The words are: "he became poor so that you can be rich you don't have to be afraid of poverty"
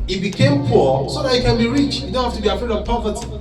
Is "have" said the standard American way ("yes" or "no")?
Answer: no